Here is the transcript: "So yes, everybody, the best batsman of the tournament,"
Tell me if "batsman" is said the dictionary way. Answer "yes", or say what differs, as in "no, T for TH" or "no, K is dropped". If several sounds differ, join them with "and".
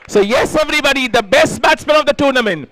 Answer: no, L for N